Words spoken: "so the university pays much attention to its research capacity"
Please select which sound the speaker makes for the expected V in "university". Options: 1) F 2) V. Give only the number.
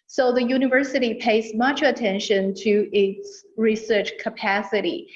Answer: 2